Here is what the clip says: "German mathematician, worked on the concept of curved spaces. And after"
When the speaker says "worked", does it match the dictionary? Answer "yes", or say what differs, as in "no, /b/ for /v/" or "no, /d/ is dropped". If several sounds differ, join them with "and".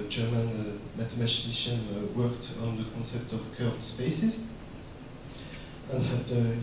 yes